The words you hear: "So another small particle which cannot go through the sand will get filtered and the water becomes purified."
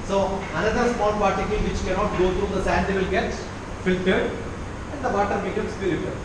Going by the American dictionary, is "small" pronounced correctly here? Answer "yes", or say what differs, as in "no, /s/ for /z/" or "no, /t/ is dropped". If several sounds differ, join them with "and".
no, /n/ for /l/